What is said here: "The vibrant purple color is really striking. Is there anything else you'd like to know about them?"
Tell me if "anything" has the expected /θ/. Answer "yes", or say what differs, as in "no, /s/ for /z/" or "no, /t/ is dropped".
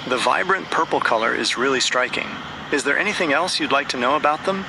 yes